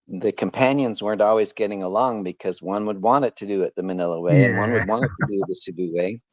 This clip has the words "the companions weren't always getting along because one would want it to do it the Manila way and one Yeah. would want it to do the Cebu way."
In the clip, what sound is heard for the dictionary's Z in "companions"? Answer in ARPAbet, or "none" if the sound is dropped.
Z